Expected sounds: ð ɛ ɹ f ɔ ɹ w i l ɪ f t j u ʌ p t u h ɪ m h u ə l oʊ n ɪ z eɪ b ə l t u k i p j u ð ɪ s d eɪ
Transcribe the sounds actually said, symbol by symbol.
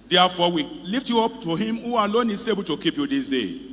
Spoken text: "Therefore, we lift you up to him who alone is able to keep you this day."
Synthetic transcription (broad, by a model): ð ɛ f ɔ w i l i f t j u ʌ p t u h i m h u ə l oʊ n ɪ s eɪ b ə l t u k i p j u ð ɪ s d eɪ